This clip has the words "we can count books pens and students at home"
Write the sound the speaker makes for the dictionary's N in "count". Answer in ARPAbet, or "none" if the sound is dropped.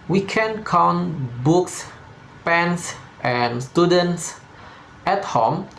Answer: N